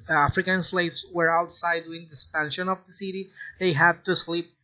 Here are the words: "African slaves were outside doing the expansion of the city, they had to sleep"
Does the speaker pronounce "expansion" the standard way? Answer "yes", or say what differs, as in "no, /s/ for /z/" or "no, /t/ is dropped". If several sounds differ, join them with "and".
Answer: no, /k/ is dropped